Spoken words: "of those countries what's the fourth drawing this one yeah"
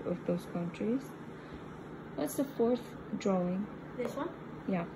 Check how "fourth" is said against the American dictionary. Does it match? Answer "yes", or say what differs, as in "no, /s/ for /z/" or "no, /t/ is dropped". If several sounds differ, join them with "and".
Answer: yes